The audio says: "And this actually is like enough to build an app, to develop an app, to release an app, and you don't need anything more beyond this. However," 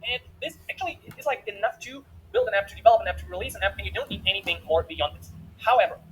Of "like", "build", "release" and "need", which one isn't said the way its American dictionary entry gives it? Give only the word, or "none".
none